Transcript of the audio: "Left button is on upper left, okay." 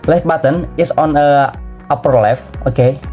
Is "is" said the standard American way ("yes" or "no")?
no